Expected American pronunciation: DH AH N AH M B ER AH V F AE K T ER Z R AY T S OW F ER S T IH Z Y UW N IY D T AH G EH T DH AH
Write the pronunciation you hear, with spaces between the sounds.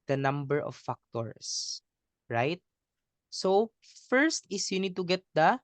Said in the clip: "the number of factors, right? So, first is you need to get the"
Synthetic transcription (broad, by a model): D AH N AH M B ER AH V F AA K T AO S R AY T S OW F ER S T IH S Y UW N IY D T AH G EH T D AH